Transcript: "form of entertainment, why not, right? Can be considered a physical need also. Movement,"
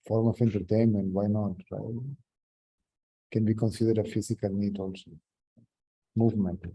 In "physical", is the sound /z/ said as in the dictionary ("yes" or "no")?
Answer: no